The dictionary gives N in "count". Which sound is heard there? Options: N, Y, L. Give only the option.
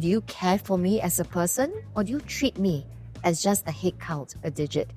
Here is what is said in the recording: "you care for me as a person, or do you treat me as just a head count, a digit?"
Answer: L